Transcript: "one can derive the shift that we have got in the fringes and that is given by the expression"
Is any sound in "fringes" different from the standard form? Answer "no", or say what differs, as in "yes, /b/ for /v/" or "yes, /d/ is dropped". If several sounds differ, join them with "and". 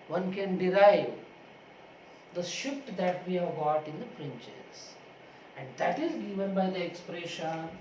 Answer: yes, /p/ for /f/ and /tʃ/ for /dʒ/